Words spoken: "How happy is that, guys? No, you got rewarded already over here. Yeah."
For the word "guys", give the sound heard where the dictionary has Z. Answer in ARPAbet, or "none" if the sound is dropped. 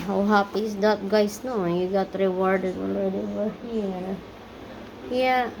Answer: S